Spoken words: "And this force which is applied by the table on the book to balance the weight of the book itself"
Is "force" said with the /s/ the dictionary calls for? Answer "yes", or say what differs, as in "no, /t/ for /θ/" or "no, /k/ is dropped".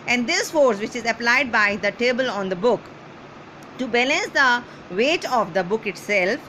yes